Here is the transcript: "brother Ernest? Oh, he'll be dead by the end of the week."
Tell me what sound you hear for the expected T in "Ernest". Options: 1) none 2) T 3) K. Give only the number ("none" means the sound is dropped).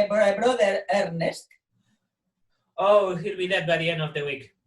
2